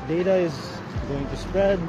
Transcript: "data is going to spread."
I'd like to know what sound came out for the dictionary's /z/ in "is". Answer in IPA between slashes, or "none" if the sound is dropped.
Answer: /z/